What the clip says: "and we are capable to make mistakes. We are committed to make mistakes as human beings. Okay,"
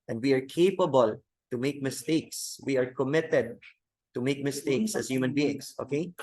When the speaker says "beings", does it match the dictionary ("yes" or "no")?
no